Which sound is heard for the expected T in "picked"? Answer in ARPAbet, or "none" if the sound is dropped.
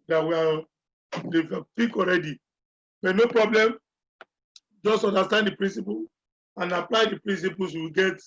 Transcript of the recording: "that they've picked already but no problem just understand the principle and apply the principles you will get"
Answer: none